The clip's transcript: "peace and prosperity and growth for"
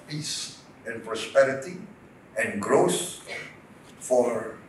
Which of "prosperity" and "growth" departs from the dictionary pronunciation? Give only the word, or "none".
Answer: growth